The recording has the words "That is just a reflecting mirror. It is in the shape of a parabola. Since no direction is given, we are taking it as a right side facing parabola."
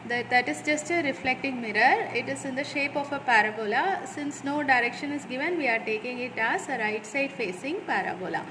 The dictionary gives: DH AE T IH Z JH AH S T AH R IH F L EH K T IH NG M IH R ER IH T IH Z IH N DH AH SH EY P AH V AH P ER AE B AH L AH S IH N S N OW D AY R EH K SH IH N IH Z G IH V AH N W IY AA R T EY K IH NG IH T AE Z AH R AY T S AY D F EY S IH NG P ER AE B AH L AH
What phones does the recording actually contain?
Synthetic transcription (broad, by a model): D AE T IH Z JH AH S T AH R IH F L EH K T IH NG M IH R ER IH T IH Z IH N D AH SH EY P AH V AH P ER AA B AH L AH S IH N S N OW D AY R EH K SH IH N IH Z G IH V AH N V IY AA R T EY K IH NG IH T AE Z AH R AY T S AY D F EY S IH NG P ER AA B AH L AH